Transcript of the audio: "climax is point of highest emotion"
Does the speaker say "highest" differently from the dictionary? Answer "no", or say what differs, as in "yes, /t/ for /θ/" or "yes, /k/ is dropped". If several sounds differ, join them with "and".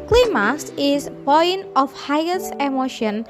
yes, /t/ is dropped